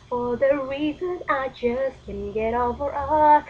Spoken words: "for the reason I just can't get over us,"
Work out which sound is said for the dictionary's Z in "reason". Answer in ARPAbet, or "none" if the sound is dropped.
Z